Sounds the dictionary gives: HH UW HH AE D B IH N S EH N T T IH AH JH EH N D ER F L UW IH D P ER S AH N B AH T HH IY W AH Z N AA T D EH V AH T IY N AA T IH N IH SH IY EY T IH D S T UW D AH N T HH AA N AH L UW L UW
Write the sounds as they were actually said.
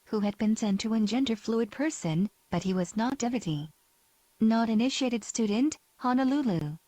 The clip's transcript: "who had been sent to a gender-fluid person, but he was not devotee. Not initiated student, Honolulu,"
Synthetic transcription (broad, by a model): HH UW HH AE D B IH N S EH N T T IH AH JH EH N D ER F L UW IH D P ER S AH N B AH T HH IY W AH Z N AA T D EH V AH T IY N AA T IH N IH SH IY EY T IH D S T UW D N T HH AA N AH L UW L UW